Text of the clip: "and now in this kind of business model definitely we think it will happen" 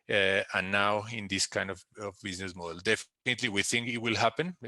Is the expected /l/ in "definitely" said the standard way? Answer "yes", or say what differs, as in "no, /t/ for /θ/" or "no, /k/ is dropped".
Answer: yes